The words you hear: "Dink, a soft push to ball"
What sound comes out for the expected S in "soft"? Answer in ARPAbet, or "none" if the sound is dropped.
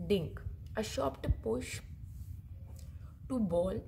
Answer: SH